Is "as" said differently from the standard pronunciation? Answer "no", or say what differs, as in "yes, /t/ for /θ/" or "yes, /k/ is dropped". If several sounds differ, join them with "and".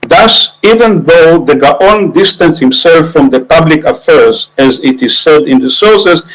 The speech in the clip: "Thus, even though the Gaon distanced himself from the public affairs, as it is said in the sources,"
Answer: no